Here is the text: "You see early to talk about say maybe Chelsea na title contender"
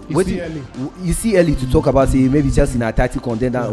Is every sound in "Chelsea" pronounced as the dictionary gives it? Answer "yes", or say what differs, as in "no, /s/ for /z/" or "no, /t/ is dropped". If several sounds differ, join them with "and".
no, /l/ is dropped